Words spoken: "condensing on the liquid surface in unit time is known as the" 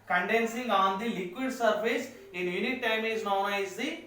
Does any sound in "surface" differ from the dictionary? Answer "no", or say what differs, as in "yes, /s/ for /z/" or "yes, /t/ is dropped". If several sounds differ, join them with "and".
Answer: yes, /p/ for /f/